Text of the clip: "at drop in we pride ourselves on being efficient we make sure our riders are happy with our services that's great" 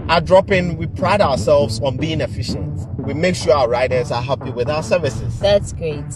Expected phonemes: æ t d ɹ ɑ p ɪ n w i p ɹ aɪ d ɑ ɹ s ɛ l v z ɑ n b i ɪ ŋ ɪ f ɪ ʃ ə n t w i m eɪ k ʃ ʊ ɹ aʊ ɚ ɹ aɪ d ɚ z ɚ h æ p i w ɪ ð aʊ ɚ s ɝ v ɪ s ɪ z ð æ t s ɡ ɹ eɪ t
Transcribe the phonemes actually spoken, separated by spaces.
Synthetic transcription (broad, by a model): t d ɹ ɑ p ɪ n w i p ɹ aɪ d ɑ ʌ s ɛ l v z ɑ n b i ɪ ŋ ɪ f ɪ ʃ ə n t w i m eɪ k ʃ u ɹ aʊ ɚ ɹ aɪ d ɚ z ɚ h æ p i w ɪ ð aʊ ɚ s ɝ v ɪ s ɪ z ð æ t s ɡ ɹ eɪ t